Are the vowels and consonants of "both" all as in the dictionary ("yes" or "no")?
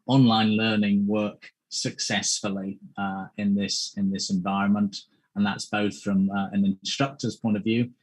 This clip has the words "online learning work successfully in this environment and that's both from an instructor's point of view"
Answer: yes